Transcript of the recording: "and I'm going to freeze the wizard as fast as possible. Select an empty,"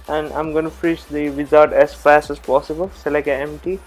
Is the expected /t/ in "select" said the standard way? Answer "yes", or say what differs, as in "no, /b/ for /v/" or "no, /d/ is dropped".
no, /t/ is dropped